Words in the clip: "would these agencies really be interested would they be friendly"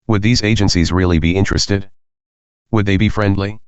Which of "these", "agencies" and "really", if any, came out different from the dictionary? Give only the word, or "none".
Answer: none